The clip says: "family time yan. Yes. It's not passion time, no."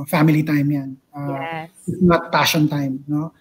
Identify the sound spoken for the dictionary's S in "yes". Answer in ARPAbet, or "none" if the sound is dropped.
none